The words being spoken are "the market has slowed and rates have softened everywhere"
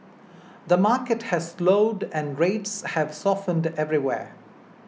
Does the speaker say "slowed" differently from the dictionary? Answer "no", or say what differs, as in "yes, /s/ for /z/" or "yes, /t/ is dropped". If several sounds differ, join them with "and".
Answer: no